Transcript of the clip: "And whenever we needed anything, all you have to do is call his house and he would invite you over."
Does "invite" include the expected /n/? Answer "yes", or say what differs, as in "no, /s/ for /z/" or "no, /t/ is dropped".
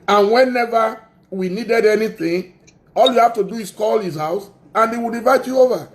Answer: no, /n/ is dropped